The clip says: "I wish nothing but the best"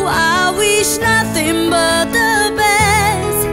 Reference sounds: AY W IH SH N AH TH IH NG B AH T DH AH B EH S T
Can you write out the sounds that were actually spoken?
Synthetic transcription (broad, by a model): AY W IH SH N AH TH IH NG B AH T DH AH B EH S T